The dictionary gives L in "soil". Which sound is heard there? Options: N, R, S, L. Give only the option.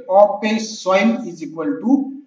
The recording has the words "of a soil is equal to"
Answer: N